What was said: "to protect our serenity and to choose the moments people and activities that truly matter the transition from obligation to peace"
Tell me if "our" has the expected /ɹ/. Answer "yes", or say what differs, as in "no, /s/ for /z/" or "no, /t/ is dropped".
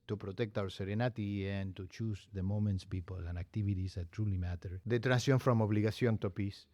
no, /w/ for /ɹ/